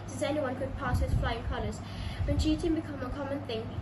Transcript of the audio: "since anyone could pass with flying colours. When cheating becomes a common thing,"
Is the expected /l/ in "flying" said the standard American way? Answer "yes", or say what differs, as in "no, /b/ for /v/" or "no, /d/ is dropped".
yes